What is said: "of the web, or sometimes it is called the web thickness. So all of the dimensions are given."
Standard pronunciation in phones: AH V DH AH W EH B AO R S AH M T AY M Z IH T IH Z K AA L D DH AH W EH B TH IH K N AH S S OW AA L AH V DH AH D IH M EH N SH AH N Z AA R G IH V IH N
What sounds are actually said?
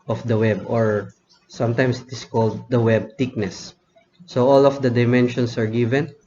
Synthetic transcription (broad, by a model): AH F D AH W EH B AO R S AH M T AY M S IH T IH S K AA L D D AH W EH B T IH K N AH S S OW AA L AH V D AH D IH M EH N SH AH N S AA R G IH V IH N